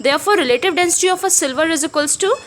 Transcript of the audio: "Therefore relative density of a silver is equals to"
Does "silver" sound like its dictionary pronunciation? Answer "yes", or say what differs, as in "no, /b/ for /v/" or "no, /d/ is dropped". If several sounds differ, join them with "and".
yes